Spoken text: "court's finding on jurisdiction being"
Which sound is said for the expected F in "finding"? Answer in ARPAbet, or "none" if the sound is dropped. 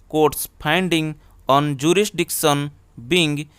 P